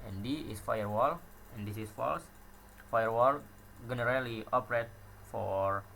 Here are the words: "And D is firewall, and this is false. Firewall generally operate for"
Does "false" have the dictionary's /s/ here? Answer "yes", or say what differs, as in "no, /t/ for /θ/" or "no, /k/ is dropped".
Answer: yes